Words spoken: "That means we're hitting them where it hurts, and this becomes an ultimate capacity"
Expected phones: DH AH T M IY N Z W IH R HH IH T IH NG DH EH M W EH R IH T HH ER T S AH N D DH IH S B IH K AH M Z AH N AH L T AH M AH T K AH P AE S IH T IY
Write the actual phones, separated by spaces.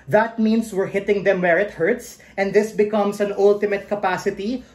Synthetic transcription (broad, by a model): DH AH T M IY N S W IH R HH IH T IH NG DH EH M W EH R IH T HH ER T S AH N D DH IH S B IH K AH M S AH N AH L T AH M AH T K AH P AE S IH T IY